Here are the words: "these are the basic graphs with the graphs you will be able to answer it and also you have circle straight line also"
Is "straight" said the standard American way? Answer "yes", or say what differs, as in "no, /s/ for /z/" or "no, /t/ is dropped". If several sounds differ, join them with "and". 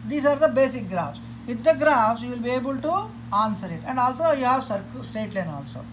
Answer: no, /ɹ/ is dropped